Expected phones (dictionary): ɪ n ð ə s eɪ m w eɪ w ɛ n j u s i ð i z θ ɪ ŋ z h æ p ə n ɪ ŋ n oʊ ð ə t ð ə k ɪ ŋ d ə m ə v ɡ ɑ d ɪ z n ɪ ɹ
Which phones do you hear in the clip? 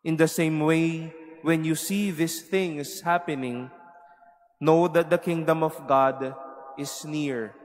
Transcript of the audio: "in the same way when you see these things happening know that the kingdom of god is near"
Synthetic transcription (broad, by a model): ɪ n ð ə s eɪ m w eɪ w ɛ n j u s i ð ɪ s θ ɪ ŋ s h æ p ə n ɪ ŋ n oʊ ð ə t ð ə k ɪ ŋ d ə m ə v ɡ ɑ d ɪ s n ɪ ɹ